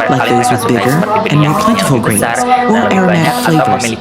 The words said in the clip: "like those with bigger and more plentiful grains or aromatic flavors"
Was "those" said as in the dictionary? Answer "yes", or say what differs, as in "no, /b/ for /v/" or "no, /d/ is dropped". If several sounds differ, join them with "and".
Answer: yes